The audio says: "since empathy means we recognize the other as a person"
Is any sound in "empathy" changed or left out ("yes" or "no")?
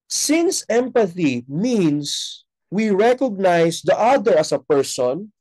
no